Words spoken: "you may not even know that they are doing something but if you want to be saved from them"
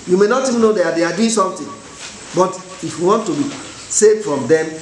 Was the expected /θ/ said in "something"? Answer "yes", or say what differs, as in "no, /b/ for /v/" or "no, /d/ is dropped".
no, /t/ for /θ/